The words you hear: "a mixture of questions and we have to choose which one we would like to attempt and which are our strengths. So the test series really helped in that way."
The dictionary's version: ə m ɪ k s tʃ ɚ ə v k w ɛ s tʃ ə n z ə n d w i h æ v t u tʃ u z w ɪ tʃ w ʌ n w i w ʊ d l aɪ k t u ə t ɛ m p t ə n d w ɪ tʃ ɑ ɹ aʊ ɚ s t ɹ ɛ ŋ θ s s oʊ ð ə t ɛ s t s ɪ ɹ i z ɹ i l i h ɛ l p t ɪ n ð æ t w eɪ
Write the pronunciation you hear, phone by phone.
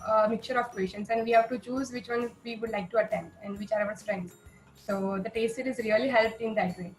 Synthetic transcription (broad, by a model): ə m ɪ k tʃ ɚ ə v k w ɛ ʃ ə n s ə n d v i h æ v t u tʃ u z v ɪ tʃ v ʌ n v i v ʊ d l aɪ k t u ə t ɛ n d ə n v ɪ tʃ ɑ ɹ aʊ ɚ s t ɹ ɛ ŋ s s oʊ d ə t ɛ s t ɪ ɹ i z ɹ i l i h ɛ l p t ɪ n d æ t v eɪ